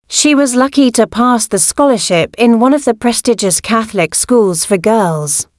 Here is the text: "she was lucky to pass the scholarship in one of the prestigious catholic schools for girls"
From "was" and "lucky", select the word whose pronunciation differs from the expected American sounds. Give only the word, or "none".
none